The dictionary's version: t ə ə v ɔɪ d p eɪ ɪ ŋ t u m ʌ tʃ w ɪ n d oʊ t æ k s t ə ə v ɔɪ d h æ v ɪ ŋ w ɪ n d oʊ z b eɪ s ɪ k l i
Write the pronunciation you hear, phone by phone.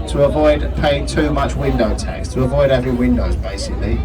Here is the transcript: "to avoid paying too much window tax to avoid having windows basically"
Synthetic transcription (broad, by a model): t ə ə v ɔɪ d p eɪ ɪ ŋ t u m ʌ tʃ w ɪ n d oʊ t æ k s t ə ə v ɔɪ d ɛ v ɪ w ɪ n d oʊ z b eɪ s ɪ k l i